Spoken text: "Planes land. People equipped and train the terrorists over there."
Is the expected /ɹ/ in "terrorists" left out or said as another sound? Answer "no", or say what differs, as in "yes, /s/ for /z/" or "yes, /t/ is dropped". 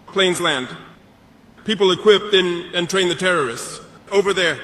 no